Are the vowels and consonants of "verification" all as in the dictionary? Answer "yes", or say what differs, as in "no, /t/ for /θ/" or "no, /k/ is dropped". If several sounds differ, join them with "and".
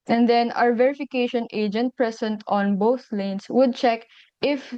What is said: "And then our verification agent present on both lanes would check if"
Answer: yes